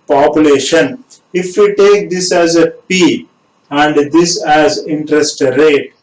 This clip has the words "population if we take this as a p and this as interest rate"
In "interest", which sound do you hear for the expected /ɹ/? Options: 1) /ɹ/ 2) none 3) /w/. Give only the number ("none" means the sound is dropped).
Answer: 1